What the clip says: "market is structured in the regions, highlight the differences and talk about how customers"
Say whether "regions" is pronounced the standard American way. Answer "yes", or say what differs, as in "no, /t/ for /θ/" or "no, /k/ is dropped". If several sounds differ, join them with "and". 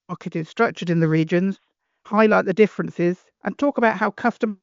yes